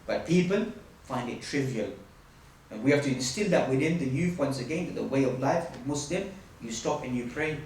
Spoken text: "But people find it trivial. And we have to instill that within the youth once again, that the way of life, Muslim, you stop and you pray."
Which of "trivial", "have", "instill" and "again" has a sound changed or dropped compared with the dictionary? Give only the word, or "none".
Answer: have